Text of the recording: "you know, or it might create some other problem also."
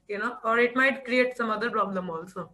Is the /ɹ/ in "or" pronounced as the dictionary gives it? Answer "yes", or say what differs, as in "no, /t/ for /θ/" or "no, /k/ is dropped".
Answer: yes